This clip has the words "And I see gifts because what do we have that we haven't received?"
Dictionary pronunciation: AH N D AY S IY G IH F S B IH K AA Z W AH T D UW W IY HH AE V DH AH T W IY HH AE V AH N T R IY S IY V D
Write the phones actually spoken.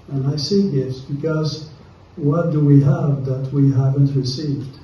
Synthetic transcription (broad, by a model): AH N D AY S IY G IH S B IH K AA Z W AH T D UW W IY HH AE V DH AH T W IY HH AE V AH N T R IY S IY V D